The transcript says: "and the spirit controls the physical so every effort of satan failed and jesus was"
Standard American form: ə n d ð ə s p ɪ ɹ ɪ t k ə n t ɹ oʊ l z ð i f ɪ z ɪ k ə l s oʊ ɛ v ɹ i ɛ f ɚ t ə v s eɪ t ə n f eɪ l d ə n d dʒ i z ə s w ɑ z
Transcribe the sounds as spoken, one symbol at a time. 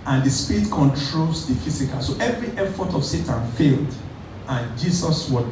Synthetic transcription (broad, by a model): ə n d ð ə s p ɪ ɹ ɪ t k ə n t ɹ oʊ l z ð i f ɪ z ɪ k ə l s oʊ ɛ v ɹ i ɛ f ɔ t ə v s eɪ t ə n f eɪ l d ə n dʒ i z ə s w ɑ